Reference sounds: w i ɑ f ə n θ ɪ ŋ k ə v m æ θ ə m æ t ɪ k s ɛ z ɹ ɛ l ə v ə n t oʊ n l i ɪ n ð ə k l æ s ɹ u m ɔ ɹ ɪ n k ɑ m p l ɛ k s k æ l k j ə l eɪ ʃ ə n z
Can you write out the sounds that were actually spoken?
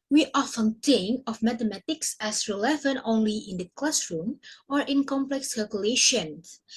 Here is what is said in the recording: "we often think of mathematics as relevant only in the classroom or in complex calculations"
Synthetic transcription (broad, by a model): w i ɑ f ə n t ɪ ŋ ə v m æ t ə m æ t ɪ k s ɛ s ɹ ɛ l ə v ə n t oʊ n l i ɪ n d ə k l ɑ s ɹ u m ɔ ɹ ɪ n k ɑ m p l ɛ k s k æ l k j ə l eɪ ʃ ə n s